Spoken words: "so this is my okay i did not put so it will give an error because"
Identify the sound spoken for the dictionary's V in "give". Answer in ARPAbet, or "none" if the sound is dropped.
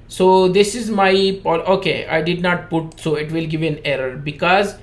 V